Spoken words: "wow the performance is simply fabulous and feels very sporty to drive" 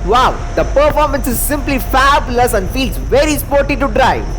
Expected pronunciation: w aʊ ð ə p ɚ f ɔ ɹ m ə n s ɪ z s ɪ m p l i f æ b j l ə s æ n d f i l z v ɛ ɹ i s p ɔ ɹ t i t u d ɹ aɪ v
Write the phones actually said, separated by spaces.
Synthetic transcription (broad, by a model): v aʊ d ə p ɚ f ɔ ɹ m ə n s ɪ z s ɪ m p l i f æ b l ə s æ n d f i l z v ɛ ɹ i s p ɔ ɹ t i t u d ɹ aɪ